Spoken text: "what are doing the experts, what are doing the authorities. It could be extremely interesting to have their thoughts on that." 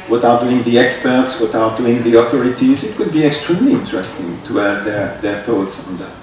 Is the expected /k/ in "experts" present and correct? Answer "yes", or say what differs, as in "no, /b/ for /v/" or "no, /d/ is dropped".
yes